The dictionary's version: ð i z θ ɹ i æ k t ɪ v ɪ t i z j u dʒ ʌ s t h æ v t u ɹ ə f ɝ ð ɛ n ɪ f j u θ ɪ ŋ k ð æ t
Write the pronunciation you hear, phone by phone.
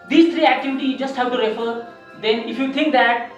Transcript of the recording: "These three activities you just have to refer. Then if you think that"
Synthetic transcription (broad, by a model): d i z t ɹ i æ k t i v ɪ t i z dʒ ʌ s t h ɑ w t u ɹ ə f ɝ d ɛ n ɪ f j u t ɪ ŋ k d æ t